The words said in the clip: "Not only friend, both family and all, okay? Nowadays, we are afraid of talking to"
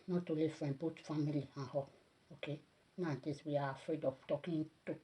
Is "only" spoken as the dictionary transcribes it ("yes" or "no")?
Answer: no